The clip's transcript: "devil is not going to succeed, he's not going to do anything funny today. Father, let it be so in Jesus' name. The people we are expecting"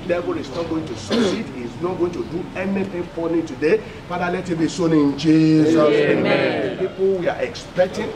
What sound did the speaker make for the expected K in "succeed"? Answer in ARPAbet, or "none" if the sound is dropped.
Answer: none